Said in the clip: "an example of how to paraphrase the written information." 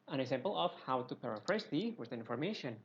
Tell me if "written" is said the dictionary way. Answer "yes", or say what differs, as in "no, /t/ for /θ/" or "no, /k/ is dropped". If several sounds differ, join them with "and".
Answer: no, /w/ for /ɹ/ and /n/ is dropped